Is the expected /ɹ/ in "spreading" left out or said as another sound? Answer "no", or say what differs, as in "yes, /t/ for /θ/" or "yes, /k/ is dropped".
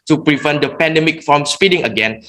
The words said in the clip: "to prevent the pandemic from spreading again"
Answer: yes, /ɹ/ is dropped